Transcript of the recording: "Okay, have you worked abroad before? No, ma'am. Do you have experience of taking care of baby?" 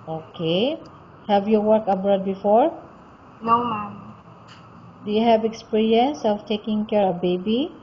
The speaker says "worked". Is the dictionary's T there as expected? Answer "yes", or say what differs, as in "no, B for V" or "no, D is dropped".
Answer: no, T is dropped